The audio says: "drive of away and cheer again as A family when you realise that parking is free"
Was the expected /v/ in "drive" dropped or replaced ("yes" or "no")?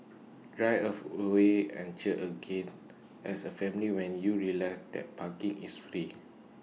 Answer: yes